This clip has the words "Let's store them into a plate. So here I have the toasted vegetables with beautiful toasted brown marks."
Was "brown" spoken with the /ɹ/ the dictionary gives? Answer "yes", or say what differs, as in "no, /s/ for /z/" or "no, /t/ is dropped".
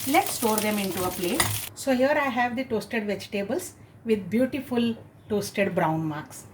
yes